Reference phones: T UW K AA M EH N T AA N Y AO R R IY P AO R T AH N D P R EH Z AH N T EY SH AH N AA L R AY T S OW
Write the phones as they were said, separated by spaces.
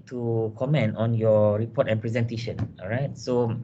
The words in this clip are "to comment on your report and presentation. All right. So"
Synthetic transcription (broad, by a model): T UW K AA M EH N T AA N Y AO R R IY P AO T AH N P R EH Z AH N T EY SH AH N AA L R AY T S OW